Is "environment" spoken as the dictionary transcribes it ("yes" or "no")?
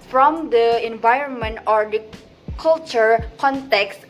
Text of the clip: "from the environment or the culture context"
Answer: yes